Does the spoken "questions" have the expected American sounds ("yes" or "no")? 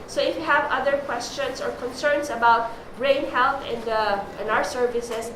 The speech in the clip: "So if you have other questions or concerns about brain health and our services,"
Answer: no